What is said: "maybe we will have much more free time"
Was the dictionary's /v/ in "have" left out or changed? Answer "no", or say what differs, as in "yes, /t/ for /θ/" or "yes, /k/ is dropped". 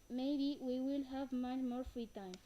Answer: no